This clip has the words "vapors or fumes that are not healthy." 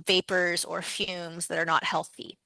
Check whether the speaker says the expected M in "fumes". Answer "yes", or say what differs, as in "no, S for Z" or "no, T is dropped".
yes